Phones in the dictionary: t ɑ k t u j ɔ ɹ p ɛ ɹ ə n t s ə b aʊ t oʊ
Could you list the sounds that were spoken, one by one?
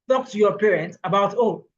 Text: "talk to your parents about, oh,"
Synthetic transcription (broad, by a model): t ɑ k t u j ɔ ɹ p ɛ ɹ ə n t ə b aʊ t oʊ